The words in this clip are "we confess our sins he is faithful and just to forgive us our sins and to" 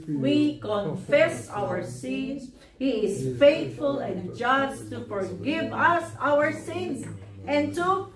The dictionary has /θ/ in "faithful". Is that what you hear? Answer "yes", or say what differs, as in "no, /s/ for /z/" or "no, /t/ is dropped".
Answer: no, /t/ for /θ/